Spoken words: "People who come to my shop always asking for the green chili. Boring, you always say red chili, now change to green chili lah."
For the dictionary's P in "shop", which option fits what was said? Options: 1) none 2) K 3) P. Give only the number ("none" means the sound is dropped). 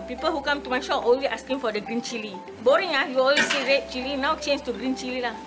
1